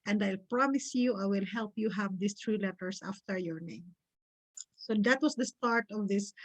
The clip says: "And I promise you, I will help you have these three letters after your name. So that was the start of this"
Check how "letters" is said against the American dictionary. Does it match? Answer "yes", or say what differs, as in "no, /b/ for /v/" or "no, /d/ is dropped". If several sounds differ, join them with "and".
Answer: no, /s/ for /z/